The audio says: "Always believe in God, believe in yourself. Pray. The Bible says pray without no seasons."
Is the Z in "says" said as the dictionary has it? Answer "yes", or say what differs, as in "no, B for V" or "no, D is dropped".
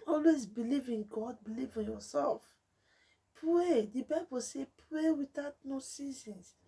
no, Z is dropped